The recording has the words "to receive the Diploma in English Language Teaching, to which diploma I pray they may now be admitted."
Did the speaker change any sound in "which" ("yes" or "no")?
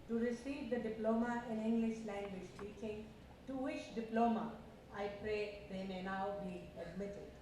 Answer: yes